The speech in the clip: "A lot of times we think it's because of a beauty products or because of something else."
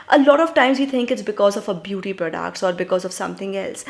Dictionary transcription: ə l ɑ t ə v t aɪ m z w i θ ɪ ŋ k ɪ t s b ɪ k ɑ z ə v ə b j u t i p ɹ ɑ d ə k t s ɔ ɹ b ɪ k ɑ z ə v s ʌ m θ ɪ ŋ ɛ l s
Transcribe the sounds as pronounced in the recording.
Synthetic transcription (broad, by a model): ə l ɑ t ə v t aɪ m z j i t ɪ ŋ k ɪ t s b ɪ k ɑ z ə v ə b j u t i p ɹ ɑ d ə k t s ɔ ɹ b ɪ k ɑ z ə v s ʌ m t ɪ ŋ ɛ l s